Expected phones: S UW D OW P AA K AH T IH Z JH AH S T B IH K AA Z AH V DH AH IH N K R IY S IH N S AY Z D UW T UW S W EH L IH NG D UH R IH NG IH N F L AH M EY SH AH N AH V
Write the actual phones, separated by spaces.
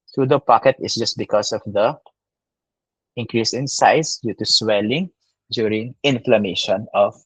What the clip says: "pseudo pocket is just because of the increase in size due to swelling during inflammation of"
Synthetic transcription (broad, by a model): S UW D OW P AA K AH T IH S JH AH S T B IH K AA S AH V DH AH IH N K R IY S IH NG S AY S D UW T UW S W EH L IH NG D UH R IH NG IH N F L AH M EY SH AH N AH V